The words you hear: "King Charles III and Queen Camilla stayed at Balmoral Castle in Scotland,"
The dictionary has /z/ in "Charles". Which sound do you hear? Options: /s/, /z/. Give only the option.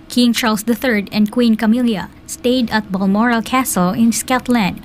/s/